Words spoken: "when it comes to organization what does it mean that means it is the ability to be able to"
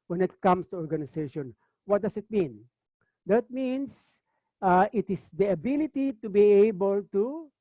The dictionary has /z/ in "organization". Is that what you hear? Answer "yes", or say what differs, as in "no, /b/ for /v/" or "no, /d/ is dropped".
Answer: no, /s/ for /z/